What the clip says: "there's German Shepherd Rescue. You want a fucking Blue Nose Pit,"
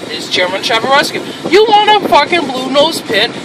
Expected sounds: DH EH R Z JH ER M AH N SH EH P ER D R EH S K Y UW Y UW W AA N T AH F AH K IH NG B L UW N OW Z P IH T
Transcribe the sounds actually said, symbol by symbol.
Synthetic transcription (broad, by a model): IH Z CH ER M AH N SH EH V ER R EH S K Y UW Y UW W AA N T AH F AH K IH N B L UW N OW Z P IH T